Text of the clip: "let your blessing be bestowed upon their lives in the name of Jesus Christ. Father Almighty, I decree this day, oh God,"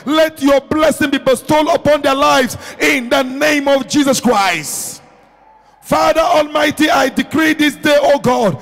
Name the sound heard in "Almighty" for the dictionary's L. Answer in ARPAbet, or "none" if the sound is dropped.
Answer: L